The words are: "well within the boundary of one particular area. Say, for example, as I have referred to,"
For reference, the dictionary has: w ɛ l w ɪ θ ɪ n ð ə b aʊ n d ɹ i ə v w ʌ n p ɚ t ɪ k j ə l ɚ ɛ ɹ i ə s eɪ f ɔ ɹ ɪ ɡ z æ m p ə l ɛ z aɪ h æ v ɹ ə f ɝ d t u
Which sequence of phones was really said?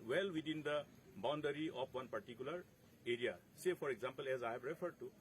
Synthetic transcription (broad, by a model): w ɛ l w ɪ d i n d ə b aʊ n d ɹ i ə p w ʌ n p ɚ t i k j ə l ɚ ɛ ɹ i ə s eɪ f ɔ ɹ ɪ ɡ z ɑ m p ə l ɛ z aɪ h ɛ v ɹ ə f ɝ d t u